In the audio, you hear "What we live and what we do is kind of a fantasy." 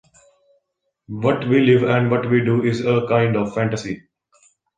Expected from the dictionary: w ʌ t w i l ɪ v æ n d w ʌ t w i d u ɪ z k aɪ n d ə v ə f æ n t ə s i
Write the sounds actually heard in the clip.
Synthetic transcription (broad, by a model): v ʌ t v i l ɪ v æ n d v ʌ t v i d u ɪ z k aɪ n d ə v f æ n t ə s i